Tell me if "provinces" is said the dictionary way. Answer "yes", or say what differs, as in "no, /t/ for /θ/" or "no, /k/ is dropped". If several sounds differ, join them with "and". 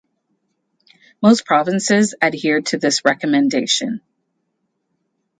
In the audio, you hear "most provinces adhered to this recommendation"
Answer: yes